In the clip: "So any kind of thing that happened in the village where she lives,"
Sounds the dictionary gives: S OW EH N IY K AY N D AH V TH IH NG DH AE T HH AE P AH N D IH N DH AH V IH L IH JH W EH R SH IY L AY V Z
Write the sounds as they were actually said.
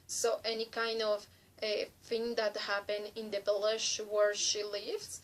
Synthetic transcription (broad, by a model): S OW EH N IY K AY N D AH V TH IH NG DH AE T HH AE P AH N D IH N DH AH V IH L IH SH W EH R SH IY L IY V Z